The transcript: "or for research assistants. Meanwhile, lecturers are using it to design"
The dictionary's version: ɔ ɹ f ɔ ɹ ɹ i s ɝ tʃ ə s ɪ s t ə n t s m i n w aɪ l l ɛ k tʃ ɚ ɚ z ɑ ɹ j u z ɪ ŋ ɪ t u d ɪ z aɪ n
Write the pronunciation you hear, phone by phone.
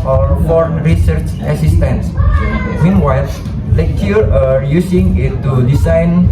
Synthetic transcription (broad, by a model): ɔ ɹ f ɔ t ɹ i s ɝ tʃ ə s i s t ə n s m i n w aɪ l l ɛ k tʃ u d ɑ ɹ j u s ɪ ŋ ɪ t u d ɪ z aɪ n